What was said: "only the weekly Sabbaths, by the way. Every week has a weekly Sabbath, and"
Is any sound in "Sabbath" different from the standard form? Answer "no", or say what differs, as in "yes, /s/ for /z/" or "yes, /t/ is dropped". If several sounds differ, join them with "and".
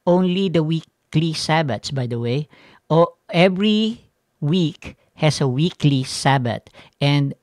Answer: yes, /t/ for /θ/